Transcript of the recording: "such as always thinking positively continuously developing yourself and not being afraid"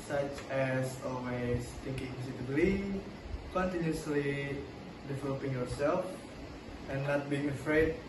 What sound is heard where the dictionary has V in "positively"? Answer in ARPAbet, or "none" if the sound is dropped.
B